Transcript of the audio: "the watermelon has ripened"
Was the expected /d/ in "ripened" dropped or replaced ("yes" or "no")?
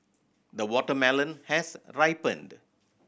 no